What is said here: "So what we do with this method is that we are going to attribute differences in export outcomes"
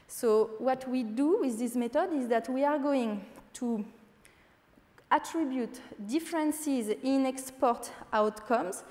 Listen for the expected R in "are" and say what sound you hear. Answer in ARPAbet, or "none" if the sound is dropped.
R